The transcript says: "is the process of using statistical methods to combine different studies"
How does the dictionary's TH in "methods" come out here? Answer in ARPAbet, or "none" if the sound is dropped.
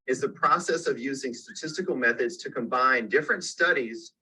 TH